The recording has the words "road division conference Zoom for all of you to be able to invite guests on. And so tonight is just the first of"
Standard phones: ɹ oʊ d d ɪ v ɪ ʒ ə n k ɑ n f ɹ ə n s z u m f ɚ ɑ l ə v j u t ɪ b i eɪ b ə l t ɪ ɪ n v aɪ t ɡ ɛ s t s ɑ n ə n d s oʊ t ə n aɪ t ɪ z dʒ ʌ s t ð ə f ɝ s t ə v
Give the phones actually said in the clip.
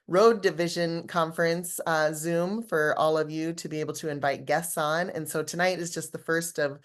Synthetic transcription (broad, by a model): ɹ oʊ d d ɪ v ɪ ʒ ə n k ɑ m f ɹ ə n s z u m f ɚ ɑ l ə v j u t ɪ b i eɪ b l t ɪ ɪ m v aɪ t ɡ ɛ s t s n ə n s oʊ t ə n aɪ t ɪ z dʒ ʌ s t ð ə f ɝ s t ə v